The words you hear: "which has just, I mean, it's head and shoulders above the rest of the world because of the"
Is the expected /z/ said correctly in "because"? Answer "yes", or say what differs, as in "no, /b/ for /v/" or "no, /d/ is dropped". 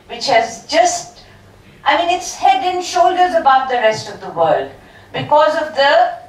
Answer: yes